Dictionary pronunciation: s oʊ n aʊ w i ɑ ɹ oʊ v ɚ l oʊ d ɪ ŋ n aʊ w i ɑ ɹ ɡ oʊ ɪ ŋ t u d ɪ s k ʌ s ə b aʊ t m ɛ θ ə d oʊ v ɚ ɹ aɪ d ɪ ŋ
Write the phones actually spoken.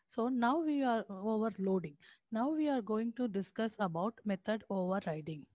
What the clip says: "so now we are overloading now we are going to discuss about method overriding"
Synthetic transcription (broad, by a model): s oʊ n aʊ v i ɑ ɹ oʊ v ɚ l oʊ d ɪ ŋ n aʊ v i ɑ ɹ ɡ oʊ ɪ ŋ t u d ɪ s k ʌ s ə b aʊ t m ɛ t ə d oʊ v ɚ ɹ aɪ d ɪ ŋ